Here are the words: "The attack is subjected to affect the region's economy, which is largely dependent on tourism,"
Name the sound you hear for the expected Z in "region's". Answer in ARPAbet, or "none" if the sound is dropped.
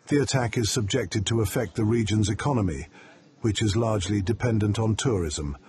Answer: Z